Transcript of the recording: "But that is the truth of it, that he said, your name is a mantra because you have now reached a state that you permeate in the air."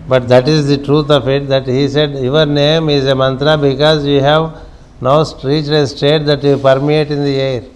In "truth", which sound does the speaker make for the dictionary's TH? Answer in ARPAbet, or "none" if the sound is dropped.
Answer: T